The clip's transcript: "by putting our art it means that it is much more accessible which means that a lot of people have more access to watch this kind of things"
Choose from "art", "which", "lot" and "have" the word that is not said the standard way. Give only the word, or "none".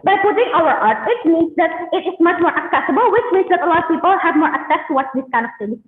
lot